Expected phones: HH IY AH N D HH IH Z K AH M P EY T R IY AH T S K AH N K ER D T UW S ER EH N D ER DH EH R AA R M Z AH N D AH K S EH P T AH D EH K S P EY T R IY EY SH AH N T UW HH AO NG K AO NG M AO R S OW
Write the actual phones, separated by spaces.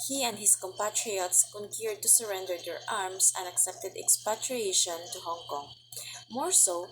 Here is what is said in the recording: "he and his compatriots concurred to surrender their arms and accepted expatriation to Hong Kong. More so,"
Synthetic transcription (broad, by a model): HH IY AH N D HH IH S K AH M P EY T R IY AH T S K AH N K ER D T UW S ER EH N D ER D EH R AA R M S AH N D AH K S EH P T AH D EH K S P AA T R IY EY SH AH N T UW HH AO NG K AO NG M AO R S OW